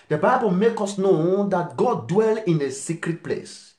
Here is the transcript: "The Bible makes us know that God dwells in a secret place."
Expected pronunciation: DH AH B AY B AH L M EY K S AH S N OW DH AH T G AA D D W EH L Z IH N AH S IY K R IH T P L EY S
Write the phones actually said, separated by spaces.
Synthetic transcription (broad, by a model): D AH B AY B AH L M EY K AO S N OW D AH T G AA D D W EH L IH N AH S IY K R IH T P L EY S